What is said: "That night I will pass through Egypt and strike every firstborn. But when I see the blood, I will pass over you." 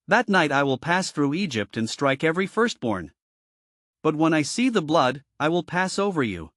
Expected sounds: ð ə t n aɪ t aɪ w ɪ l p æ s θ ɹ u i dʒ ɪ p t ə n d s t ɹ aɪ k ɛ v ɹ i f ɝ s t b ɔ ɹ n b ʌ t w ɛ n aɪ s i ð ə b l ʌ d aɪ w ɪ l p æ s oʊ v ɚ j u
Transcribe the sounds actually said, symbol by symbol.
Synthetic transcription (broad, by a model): ð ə t n aɪ t aɪ w ɪ l p æ s θ ɹ u i dʒ ɪ p t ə n s t ɹ aɪ k ɛ v ɹ i f ɝ s t b ɔ ɹ n b ʌ t w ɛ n aɪ s i ð ə b l ʌ d aɪ w ɪ l p æ s oʊ v ɚ j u